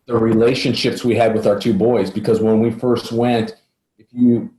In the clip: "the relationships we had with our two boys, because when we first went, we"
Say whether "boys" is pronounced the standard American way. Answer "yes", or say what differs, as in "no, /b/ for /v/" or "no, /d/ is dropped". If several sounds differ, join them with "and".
yes